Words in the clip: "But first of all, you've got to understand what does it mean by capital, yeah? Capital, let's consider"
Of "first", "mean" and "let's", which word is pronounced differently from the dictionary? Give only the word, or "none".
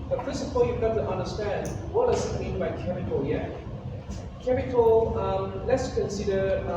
first